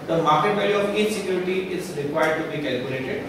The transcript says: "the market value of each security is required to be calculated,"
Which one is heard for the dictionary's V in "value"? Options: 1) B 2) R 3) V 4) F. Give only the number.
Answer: 1